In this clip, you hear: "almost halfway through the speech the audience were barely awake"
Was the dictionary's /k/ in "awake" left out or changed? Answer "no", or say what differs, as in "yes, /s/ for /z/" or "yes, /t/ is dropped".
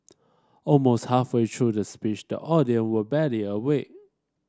yes, /k/ is dropped